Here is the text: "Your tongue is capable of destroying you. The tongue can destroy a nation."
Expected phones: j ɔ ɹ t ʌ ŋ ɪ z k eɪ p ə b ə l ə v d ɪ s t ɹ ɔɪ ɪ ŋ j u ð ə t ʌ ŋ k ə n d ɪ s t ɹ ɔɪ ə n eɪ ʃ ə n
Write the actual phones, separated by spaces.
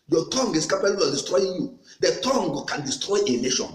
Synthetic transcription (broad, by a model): j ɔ t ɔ ŋ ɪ s k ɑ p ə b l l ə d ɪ s t ɹ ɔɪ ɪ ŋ j u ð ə t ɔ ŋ k ə n d ɪ s t ɹ ɔɪ ə n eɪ ʃ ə n